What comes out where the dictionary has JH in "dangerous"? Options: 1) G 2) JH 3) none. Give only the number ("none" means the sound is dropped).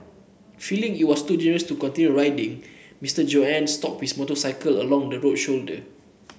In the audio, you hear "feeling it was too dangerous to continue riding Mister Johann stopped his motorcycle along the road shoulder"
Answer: 3